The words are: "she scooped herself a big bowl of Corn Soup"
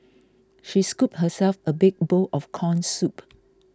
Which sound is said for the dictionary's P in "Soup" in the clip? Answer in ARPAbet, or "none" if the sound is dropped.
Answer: P